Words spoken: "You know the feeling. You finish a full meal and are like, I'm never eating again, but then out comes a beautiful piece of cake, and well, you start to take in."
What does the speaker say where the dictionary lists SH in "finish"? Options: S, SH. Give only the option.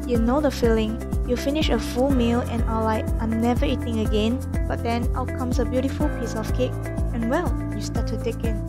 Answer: SH